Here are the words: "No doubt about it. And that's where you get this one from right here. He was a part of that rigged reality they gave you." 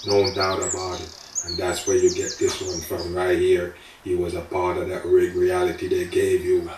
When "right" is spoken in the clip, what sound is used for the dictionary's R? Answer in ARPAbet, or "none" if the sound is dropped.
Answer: R